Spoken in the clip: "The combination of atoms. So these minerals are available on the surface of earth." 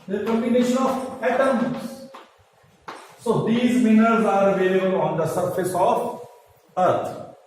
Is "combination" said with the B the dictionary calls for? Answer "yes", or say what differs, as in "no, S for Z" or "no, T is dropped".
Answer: no, B is dropped